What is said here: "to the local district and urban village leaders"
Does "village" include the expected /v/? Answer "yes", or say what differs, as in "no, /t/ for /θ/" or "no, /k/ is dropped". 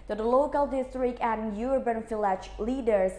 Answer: no, /f/ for /v/